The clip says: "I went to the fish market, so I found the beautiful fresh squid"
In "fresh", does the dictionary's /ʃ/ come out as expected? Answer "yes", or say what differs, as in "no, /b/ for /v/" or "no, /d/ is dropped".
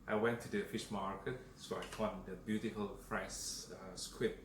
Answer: no, /s/ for /ʃ/